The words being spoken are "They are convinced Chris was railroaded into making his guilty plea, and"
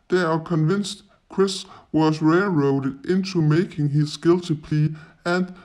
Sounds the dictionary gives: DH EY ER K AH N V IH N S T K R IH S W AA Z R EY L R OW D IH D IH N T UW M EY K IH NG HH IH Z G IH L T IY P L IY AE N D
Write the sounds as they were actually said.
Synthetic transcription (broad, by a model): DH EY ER K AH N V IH N S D K R IH S W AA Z R EY L R OW D IH D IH N S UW M EY K IH NG HH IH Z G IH L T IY P L IY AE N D